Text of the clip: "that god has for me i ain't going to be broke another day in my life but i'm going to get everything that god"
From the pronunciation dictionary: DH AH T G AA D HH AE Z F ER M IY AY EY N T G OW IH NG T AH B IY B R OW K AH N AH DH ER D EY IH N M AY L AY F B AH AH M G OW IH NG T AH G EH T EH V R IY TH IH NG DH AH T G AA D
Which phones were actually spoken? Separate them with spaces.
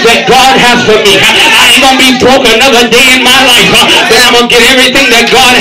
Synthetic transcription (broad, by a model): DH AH T G AA D HH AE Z F ER M IY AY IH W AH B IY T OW AH N AH DH ER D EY IH N M AY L AY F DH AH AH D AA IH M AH G EH T EH V R IY TH IH NG DH AH T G AA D